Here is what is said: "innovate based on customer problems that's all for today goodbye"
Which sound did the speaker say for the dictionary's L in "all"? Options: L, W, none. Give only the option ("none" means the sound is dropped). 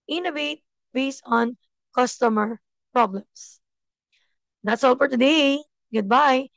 L